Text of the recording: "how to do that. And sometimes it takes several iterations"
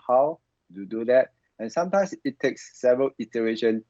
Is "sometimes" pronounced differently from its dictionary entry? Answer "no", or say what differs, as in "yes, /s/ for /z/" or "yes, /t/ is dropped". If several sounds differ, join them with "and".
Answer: yes, /s/ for /z/